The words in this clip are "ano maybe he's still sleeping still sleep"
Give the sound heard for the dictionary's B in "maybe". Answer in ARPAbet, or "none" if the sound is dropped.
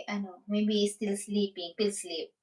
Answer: none